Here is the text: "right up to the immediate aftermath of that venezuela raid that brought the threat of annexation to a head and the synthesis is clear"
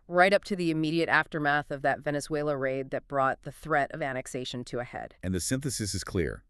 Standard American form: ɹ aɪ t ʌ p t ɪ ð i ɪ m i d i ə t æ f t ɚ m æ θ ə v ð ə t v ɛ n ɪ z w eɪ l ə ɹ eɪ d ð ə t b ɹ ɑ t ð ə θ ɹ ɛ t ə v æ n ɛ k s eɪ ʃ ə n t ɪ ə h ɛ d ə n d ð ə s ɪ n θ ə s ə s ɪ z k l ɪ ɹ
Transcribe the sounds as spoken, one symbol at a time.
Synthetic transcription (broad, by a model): ɹ aɪ t ʌ p t ɪ ð i ɪ m i d i ə t æ f t ɚ m æ θ ə v ð ə t v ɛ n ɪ z w eɪ l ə ɹ eɪ d ð ə t b ɹ ɑ t ð ə θ ɹ ɛ t ə v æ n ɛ k s eɪ ʃ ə n t ɪ ə h ɛ d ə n ð ə s ɪ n θ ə s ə s ɪ z k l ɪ ɹ